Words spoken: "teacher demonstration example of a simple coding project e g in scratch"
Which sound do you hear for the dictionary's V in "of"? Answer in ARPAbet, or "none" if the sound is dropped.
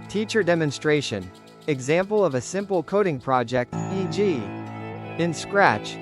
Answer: V